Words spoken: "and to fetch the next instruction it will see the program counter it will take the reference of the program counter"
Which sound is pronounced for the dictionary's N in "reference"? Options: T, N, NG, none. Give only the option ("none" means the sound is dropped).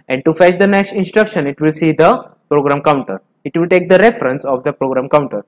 N